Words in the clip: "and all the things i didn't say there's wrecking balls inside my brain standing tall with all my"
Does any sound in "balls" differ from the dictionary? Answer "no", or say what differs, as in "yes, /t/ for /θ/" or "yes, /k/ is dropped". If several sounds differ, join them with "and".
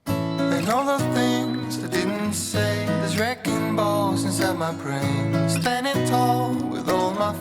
yes, /l/ is dropped